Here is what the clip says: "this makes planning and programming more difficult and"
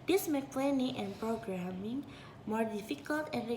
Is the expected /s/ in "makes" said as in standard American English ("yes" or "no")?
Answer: no